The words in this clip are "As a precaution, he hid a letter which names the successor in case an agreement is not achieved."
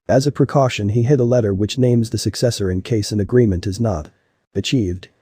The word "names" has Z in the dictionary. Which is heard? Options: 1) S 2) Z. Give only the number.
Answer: 2